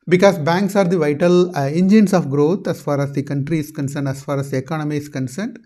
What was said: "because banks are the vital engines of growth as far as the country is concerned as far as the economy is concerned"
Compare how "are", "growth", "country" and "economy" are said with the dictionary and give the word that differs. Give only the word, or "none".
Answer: growth